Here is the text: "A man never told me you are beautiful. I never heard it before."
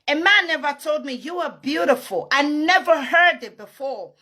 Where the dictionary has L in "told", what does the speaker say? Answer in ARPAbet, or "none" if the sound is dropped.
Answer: L